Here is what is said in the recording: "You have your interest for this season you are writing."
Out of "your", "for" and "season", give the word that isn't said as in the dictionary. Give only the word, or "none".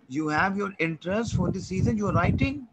none